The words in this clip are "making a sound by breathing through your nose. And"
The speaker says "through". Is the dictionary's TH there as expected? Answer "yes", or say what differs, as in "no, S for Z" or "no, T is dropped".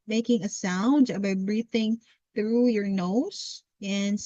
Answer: yes